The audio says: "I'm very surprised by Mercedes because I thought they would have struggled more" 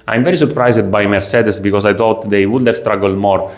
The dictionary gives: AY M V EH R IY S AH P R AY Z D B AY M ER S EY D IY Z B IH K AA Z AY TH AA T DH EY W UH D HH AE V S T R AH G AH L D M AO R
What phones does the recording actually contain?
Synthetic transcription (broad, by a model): AY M V EH R IY S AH P R AY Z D B AY M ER S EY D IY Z B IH K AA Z AY T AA T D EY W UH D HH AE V S T R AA G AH L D M AO R